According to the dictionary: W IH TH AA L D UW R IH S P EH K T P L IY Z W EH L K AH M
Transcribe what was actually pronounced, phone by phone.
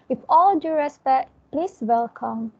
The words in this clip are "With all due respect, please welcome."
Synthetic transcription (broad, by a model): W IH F AA L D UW R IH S B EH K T P L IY S W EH L K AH M